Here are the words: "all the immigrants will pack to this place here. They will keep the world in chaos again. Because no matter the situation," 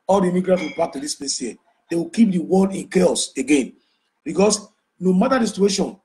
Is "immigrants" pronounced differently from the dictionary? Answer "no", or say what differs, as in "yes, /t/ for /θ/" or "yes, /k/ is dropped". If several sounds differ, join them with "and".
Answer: yes, /s/ is dropped